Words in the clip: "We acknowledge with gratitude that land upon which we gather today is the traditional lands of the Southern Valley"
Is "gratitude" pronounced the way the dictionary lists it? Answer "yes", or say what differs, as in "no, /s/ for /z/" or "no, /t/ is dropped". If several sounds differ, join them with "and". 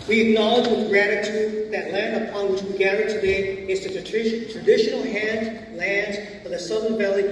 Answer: yes